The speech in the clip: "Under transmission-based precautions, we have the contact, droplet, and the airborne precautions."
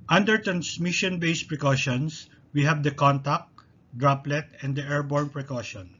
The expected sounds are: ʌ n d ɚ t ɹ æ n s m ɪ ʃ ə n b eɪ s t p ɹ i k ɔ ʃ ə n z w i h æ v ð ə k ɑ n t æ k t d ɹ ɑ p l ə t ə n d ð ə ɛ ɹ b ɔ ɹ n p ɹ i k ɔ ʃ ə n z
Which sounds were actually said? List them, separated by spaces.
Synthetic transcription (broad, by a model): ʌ n d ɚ t ɹ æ n s m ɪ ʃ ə n b eɪ s p ɹ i k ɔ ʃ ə n s w i h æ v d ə k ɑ n t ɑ k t d ɹ ɑ p l ə t ə n d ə ɛ ɹ b ɔ ɹ n p ɹ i k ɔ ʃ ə n